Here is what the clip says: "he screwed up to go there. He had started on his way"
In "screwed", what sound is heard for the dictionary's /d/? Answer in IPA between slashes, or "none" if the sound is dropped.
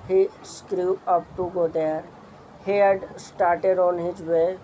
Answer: none